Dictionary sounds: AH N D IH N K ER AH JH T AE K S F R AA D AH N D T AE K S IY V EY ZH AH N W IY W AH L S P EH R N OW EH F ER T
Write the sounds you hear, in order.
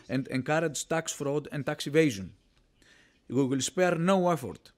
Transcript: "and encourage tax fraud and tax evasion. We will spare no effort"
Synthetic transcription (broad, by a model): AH N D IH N K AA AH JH T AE K S F R AA D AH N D T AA K S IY V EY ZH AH N W IY W AH L S P EH R N OW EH F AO T